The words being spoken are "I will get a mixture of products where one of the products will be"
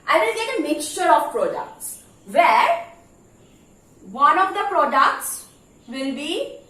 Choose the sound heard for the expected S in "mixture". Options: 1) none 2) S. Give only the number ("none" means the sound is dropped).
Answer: 2